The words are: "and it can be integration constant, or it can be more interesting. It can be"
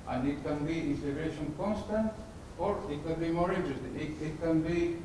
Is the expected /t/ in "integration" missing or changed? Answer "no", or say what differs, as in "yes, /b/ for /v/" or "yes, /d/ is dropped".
yes, /s/ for /t/